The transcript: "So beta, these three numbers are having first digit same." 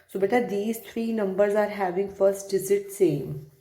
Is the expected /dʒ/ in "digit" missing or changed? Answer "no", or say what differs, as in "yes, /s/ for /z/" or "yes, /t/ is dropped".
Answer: yes, /z/ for /dʒ/